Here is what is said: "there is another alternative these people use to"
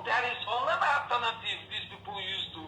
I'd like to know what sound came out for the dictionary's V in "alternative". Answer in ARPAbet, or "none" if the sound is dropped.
F